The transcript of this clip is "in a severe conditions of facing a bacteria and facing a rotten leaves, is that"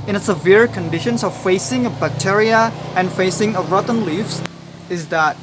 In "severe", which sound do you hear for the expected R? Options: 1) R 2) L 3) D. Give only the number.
1